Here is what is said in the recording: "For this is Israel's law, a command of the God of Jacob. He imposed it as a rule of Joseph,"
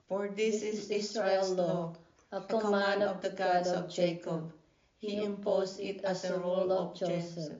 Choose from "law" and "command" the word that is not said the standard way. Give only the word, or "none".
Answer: command